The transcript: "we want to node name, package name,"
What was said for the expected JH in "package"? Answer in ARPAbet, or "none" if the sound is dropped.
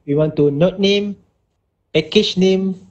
CH